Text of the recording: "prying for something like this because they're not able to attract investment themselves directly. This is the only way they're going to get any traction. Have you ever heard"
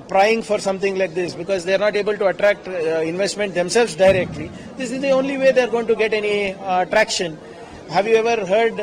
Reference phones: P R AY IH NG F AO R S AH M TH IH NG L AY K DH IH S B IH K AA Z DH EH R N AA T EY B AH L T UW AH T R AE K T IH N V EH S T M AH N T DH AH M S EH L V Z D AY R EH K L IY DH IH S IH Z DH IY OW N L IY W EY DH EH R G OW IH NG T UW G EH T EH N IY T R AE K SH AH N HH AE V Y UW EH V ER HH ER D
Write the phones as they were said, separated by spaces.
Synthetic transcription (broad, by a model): P R AY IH NG F AO R S AH M T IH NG L AY K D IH S B IH K AA Z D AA R N AA T EY B AH L T UW AH T R AE K T IH N V EH S T M AH N T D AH M S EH L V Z D AY R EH K L IY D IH S IH Z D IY OW N L IY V EY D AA R G OW IH NG T UW G EH T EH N IY T R AE K SH AH N HH AE V Y UW EH V ER HH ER D